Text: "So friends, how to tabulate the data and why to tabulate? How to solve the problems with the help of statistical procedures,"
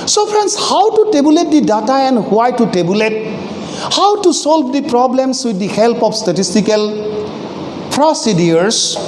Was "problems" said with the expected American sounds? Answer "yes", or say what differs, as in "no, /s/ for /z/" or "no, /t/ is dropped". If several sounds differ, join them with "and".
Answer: no, /s/ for /z/